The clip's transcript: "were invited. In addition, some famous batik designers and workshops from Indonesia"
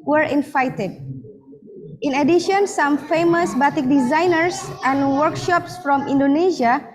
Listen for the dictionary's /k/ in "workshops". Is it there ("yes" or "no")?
yes